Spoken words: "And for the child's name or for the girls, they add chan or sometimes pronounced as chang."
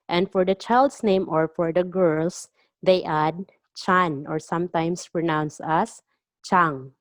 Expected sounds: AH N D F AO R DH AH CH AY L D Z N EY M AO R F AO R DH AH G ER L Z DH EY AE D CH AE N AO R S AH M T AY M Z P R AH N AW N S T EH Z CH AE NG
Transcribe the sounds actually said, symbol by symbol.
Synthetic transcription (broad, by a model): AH N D F AO R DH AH CH AY L D S N EY M AO R F AO R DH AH G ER L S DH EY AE D CH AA N AO R S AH M T AY M S P R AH N AW N S AH S CH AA NG